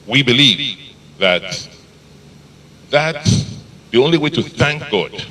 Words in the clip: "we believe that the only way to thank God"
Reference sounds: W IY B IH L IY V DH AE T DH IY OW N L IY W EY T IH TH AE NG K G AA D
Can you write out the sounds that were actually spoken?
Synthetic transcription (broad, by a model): W IY B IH L IY V DH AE T DH IY OW N L IY W EY T IH TH AE NG K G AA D